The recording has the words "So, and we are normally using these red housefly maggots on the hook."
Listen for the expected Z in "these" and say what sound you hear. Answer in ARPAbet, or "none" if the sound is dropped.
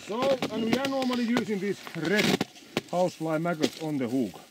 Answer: S